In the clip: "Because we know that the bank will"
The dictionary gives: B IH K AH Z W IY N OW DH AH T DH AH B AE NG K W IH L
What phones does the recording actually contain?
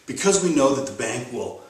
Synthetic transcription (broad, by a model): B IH K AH Z W IY N OW DH AH T DH AH B AE NG K W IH L